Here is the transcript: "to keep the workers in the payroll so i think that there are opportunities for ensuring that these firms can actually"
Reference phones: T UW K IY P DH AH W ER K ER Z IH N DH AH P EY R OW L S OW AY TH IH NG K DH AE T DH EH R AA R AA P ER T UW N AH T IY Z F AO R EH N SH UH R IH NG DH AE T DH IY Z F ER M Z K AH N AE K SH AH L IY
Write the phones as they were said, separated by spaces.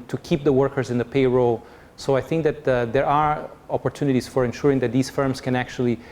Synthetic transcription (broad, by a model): T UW K IY P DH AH W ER K ER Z IH N DH AH P EY R OW L S OW AY TH IH NG K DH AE T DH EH R AA R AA P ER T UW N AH T IY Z F AO R EH N SH UH R IH NG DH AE T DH IY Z F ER M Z K AH N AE K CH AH L IY